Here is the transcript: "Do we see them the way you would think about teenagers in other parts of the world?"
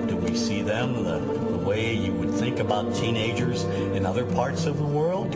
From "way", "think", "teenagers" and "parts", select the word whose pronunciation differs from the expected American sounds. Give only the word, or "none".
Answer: none